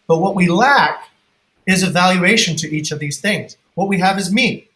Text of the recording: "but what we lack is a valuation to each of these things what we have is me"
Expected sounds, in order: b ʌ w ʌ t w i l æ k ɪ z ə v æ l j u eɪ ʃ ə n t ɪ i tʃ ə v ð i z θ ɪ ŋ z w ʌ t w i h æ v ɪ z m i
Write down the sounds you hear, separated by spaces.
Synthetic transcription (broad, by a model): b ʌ w ʌ t w i l æ k ɪ z ə v æ l j u eɪ ʃ ə n t ɪ i tʃ ə v ð i z θ ɪ ŋ z w ʌ t w i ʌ v ɪ z m i